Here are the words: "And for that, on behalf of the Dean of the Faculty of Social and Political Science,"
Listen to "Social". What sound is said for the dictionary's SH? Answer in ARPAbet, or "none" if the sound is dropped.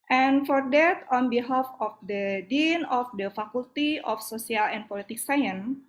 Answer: S